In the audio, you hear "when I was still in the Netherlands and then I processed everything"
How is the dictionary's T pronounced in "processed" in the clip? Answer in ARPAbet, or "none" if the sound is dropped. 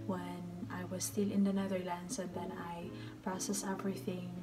none